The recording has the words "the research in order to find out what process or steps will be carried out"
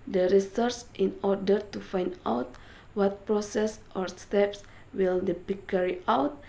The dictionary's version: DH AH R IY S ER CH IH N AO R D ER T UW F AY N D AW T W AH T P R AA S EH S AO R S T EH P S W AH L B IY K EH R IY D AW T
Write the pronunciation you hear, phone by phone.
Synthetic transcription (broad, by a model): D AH R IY S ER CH IH N AO R D ER T UW F AY N D AW T W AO T P R AA S EH S AO R S T EH P S W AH L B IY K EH R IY AW T